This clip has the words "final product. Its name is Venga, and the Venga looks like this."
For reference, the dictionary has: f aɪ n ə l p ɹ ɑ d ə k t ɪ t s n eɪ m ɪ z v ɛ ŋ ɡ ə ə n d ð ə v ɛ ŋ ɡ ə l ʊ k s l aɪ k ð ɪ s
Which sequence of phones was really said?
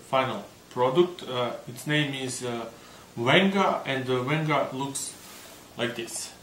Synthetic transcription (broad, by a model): f aɪ n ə l p ɹ ɑ d ə k t ɪ t s n eɪ m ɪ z w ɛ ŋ ɡ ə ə n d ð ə w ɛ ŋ ɡ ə l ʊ k s l aɪ k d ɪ s